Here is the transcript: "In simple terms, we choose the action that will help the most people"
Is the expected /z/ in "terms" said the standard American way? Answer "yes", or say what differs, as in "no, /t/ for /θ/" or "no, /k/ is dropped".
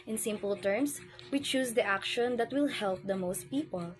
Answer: no, /s/ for /z/